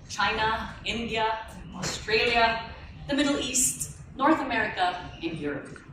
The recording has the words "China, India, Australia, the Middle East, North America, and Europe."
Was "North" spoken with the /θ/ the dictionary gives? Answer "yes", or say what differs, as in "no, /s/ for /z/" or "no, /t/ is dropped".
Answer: yes